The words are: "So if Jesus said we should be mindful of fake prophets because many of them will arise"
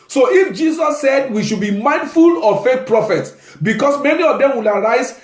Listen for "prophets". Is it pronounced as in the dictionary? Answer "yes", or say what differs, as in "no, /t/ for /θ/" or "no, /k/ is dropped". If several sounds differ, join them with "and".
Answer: yes